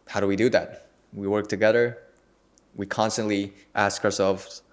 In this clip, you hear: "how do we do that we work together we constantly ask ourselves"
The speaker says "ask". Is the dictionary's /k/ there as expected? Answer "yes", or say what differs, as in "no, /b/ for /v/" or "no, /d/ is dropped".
yes